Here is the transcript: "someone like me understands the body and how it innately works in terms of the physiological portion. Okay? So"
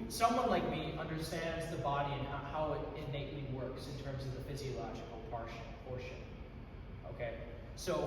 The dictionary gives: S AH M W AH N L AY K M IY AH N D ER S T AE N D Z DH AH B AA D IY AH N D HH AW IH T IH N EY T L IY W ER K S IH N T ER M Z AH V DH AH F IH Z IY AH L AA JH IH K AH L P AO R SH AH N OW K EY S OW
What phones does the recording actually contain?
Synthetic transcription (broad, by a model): S AH M W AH N L AY K M IY AH N D ER S T AE N D Z DH AH B AA D IY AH N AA HH AW IH T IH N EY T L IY W ER K S IH N T ER M Z AH V DH AH F IH Z IY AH L AA JH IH K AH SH P AO R SH AH N OW K EY S OW